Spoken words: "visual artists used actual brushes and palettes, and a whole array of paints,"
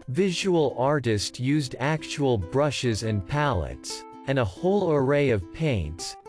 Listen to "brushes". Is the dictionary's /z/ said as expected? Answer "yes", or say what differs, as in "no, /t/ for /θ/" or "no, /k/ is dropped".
yes